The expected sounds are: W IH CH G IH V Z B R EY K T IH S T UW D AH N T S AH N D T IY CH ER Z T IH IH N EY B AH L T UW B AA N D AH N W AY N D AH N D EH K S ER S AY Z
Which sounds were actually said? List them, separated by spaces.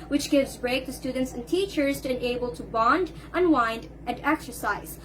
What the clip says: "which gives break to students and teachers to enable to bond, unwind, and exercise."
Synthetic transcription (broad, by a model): W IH CH G IH V Z B R EY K T IH S T UW D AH N T S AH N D T IY CH ER Z T IH IH N EY B AH L T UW B AA N D AH N W AY N D AH N D EH K S ER S AY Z